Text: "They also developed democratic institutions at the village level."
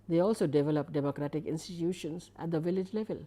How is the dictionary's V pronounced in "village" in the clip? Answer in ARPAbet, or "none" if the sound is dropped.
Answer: V